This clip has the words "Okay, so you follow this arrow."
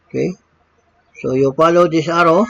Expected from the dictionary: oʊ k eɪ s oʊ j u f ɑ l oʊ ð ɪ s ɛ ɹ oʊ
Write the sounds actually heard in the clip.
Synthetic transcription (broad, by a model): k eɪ s oʊ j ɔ p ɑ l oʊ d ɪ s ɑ ɹ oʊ